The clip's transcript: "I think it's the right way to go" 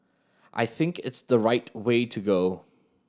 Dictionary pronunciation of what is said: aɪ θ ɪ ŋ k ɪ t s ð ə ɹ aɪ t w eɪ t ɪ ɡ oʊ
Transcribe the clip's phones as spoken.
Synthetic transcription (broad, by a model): aɪ θ ɪ ŋ k ɪ t s ð ə ɹ aɪ t w eɪ t ɪ ɡ oʊ